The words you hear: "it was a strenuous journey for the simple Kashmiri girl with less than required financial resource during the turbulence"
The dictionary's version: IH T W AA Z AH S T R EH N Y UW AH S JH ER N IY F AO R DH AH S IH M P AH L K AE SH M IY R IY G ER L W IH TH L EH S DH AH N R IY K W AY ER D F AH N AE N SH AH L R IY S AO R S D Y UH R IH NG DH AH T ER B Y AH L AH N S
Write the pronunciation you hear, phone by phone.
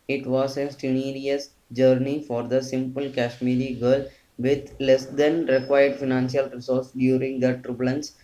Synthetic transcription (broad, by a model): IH T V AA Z AH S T IH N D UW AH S JH ER N IY F AO R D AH S IH M P AH L K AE SH M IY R IY G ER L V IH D L EH S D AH N R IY K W AY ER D F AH N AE N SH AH L R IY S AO R S D Y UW R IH NG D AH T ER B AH L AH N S